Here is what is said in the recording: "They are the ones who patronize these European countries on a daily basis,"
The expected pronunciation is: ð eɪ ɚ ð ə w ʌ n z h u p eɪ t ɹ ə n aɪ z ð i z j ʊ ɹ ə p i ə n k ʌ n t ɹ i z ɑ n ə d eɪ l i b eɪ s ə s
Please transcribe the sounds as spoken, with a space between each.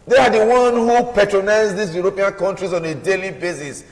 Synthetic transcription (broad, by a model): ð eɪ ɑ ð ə w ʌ n h u p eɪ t ɹ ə n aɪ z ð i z j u ɹ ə p i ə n k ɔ n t ɹ i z ɑ n ə d eɪ l i b eɪ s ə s